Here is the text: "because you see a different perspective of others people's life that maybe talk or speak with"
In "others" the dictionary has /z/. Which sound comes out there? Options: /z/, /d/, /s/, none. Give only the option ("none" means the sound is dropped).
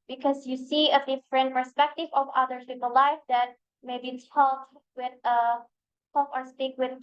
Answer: none